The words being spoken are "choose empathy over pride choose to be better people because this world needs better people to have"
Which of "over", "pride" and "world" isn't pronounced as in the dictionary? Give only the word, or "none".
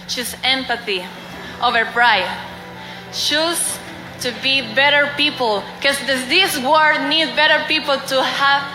world